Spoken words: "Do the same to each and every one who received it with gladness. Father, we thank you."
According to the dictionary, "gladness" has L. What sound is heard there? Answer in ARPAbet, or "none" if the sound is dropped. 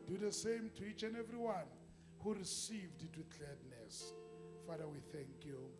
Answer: none